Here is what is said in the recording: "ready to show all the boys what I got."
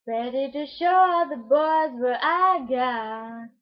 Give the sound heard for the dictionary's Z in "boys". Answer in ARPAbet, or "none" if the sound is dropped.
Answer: Z